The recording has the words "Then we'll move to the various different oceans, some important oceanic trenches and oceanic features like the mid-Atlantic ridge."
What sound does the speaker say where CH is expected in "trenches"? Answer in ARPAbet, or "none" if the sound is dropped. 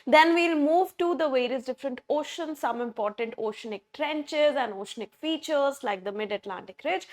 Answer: CH